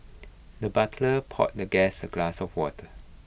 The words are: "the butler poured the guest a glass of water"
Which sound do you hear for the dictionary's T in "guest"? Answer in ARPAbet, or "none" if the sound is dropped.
none